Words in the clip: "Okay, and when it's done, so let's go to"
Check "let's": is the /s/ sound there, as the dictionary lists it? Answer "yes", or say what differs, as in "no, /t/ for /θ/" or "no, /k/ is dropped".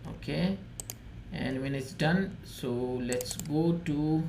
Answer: yes